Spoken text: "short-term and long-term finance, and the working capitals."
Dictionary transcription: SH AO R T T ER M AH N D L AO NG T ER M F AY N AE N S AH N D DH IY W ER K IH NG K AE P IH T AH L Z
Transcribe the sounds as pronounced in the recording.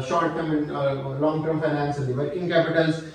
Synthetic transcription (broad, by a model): SH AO R T T ER M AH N L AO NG T ER M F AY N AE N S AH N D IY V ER IH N K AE P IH T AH L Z